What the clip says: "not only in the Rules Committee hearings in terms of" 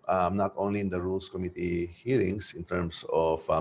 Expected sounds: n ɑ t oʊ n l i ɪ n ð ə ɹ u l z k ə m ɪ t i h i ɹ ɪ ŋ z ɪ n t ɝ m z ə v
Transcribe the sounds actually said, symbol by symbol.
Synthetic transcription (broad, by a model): n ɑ t oʊ n l i ɪ n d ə ɹ u l s k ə m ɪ t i h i ɹ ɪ ŋ s ɪ n t ɝ m s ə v